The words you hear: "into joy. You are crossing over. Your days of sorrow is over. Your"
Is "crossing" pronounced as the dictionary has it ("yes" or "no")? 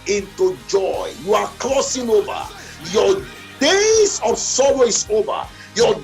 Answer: no